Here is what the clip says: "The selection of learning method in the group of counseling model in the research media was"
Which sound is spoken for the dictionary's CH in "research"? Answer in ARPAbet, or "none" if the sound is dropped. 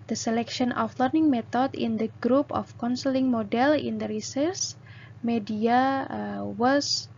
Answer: S